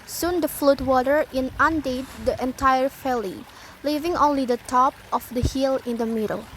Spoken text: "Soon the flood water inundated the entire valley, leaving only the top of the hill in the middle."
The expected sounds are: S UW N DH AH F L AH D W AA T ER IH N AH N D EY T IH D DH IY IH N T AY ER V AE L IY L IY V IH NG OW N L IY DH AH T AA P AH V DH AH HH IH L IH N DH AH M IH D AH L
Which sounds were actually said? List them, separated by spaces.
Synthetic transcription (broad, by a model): S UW N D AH F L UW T W AA T ER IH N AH N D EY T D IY IH N T AY ER F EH L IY L IY V IH NG OW N L IY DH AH T AA P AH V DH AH HH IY L IH N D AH M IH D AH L